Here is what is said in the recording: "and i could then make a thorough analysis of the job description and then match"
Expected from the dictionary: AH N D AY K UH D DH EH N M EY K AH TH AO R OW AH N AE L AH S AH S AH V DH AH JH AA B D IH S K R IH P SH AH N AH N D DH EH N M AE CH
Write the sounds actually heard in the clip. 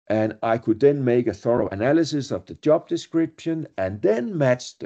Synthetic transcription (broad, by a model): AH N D AY K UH D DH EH N M EY K AH TH AO R OW AH N AE L AH S AH S AH V DH AH JH AA B D IH S K R IH P SH AH N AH N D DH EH N M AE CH